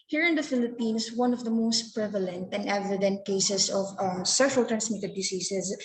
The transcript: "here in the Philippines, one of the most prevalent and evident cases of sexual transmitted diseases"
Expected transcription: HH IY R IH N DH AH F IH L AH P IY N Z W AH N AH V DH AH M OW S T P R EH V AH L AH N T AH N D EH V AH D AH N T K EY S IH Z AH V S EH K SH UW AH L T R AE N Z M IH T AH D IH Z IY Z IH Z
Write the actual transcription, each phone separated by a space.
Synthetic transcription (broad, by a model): HH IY R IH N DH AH F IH L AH P IY N S W AH N AH V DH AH M OW S T P R EH V AH L AH N T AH N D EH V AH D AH N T K EY S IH S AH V S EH SH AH L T R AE N S M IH T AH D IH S IY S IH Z